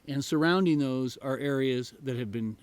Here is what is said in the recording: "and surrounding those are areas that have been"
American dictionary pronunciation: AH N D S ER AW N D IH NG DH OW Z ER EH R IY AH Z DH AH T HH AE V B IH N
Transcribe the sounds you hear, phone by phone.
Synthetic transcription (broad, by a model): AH N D S ER AW N D IH NG DH OW Z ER EH R IY AH Z DH AH T HH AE V B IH N